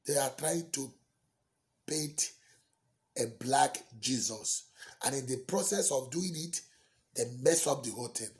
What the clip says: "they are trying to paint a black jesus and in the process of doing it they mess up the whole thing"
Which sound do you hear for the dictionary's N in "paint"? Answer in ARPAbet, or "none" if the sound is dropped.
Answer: none